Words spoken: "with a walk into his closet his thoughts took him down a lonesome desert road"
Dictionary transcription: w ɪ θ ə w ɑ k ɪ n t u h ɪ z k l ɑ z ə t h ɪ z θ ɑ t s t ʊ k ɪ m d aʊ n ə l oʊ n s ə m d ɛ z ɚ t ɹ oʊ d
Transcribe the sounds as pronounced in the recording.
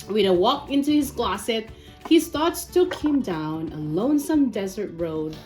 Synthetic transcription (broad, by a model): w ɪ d ə w ɑ k ɪ n t u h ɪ z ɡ l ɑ s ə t h ɪ z θ ɑ t s t ʊ k ɪ m d aʊ n ə l oʊ n s ə m d ɛ z ɚ t ɹ oʊ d